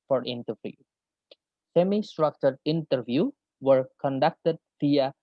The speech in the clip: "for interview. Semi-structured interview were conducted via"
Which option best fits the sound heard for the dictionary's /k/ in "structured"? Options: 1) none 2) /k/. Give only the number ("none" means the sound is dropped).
2